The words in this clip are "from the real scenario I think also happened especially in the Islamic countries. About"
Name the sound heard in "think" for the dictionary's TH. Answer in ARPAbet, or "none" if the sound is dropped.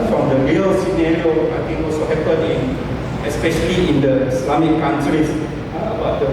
T